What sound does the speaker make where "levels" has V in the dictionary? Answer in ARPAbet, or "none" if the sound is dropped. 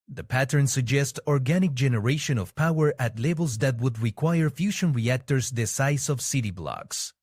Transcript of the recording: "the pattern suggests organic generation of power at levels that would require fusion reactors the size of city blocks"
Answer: B